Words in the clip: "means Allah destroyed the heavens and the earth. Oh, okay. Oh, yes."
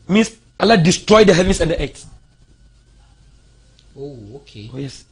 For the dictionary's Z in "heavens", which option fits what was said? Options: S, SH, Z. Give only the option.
S